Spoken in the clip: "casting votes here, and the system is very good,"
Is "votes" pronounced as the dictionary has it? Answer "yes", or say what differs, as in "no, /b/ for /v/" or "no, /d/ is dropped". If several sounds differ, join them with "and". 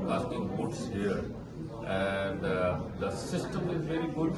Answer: no, /b/ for /v/